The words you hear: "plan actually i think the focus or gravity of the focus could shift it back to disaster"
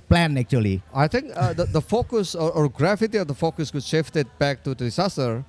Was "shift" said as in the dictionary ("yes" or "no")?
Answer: yes